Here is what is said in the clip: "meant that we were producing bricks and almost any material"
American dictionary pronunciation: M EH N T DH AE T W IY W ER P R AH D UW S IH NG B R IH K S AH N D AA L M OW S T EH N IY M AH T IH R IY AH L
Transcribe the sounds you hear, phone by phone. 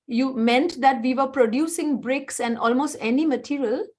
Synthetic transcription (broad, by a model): M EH N T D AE T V IY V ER P R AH D UW S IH NG B R IH K S AH N D AA L M OW S T EH N IY M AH T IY R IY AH L